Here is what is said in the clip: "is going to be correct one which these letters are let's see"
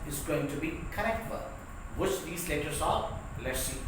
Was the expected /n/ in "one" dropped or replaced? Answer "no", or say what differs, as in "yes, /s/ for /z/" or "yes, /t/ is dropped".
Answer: yes, /l/ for /n/